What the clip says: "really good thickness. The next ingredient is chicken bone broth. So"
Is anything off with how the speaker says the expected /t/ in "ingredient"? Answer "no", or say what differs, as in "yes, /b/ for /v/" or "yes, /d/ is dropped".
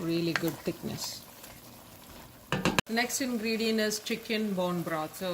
yes, /t/ is dropped